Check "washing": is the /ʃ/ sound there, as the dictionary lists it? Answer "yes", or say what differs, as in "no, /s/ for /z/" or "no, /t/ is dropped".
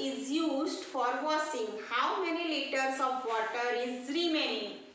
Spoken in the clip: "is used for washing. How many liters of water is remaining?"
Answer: no, /s/ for /ʃ/